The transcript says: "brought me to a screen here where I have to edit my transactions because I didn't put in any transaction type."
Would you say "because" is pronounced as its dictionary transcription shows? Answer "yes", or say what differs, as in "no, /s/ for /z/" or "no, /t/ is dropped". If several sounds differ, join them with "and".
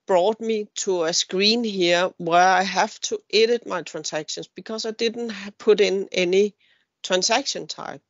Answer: no, /s/ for /z/